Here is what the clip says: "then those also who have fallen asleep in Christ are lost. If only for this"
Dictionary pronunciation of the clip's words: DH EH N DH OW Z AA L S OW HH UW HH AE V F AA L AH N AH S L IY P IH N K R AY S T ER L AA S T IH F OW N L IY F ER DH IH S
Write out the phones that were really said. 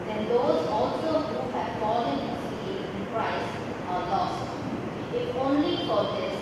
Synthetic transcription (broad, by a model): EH N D OW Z AA L S OW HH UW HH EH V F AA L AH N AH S IY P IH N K R AY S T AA L AA S T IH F OW N L IY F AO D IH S